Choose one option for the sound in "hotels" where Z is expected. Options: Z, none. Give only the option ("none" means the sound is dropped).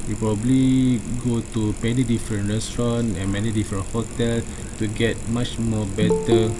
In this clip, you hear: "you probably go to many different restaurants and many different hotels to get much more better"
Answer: none